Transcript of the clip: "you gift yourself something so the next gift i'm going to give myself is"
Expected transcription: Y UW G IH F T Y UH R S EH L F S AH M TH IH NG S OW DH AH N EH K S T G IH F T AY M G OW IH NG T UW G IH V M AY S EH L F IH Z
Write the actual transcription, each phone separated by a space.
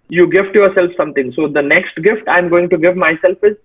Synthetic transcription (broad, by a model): Y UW G IH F T Y UH R S EH L F S AH M T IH NG S OW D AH N EH K S T G IH F T AY M G OW IH NG T UW G IH V M AY S EH L F IH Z